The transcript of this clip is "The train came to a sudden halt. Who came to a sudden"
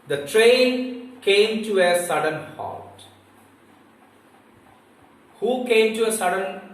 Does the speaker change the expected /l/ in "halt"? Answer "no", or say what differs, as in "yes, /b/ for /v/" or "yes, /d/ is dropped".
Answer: yes, /l/ is dropped